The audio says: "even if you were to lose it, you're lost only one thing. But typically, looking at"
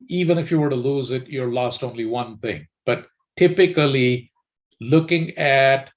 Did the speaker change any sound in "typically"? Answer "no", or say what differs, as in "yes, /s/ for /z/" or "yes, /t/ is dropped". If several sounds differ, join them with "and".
no